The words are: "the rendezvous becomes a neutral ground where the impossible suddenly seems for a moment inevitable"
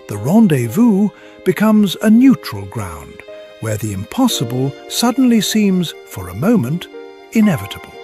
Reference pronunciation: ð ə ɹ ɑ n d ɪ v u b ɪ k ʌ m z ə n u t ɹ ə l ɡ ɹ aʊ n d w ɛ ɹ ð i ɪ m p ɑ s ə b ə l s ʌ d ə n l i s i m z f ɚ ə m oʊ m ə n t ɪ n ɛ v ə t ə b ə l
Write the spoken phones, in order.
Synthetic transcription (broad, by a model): ð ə ɹ ɑ n d ɪ v u b ɪ k ʌ m z ə n u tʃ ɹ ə l ɡ ɹ aʊ n d w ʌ ɹ ð i ɪ m p ɑ s ə b ə l s ʌ d n l i s i m z f ɚ ə m oʊ m ə n t ɪ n ɛ v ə t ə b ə l